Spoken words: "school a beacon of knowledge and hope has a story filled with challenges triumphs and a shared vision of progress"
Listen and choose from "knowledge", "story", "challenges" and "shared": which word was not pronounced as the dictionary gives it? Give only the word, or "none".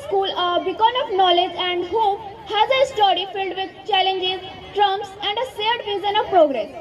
shared